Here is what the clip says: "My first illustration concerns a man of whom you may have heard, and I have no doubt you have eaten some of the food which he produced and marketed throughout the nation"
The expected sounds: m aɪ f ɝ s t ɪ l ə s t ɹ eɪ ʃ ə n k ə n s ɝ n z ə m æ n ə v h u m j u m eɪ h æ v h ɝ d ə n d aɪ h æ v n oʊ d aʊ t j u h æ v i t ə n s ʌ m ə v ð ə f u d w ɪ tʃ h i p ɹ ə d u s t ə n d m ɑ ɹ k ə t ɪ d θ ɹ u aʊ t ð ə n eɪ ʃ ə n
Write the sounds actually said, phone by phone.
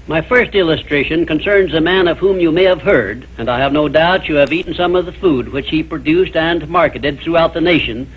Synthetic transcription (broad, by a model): m aɪ f ɝ s t ɪ l ə s t ɹ eɪ ʃ ə n k ə n s ɝ n z ə m æ n ə v h u m j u m eɪ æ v h ɝ d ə n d aɪ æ v n oʊ d aʊ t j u v i t n s ʌ m ə v ð ə f u d w ɪ tʃ h i p ɹ ə d u s t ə n m ɑ ɹ k ə t ɪ d θ ɹ u aʊ t ð ə n eɪ ʃ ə n